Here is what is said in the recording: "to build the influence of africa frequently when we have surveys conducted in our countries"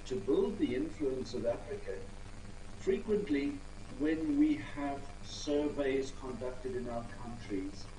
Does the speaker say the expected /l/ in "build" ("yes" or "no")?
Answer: yes